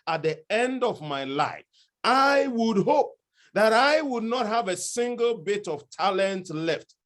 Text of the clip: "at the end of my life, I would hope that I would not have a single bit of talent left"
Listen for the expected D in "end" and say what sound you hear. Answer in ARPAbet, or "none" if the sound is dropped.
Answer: D